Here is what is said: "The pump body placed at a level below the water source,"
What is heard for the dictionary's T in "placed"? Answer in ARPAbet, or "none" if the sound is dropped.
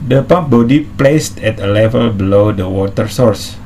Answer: T